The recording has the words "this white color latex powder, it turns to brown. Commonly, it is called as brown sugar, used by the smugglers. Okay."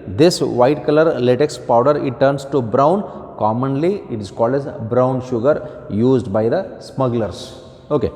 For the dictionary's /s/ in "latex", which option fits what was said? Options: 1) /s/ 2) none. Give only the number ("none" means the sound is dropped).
1